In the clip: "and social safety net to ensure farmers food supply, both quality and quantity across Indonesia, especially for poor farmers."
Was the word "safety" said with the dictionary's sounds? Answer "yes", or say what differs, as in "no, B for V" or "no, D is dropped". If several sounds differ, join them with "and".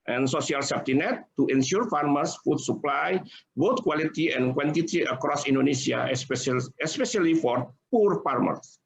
no, P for F